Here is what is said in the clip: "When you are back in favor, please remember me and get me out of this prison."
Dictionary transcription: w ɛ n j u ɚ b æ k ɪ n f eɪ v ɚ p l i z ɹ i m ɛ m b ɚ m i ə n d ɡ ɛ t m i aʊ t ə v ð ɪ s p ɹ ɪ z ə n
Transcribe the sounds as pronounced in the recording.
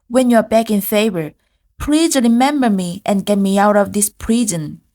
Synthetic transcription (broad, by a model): w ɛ n j u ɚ b æ k ɪ n f eɪ v ɚ p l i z ɹ i m ɛ m b ɚ m i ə n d ɡ ɛ t m i aʊ t ə v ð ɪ s p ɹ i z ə n